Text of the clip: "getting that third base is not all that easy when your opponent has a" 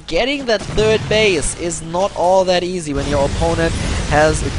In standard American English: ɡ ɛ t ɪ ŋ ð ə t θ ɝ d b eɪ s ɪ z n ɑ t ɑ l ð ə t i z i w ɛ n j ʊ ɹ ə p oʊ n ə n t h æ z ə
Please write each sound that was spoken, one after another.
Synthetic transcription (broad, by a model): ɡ ɛ t ɪ ŋ ð ə t θ ɝ d b eɪ s ɪ z n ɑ t ɑ l ð ə t i z i w ɛ n j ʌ ɹ ə p oʊ n ə n t h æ z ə